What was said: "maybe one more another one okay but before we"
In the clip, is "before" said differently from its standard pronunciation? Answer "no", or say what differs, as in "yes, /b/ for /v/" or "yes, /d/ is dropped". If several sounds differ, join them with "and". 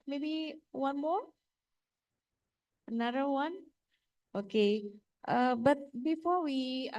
no